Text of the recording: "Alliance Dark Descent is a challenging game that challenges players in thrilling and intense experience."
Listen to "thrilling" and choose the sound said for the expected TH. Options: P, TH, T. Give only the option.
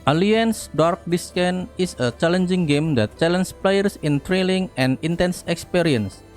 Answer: T